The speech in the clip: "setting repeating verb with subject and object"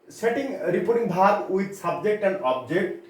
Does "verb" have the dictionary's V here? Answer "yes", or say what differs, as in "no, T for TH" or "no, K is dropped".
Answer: no, B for V